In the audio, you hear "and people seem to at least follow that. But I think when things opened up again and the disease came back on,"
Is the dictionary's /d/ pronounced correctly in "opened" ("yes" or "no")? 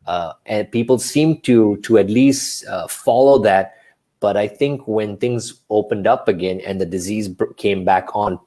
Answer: yes